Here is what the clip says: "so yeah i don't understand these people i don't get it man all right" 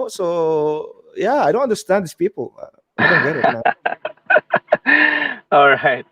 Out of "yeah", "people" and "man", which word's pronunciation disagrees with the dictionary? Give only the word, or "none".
man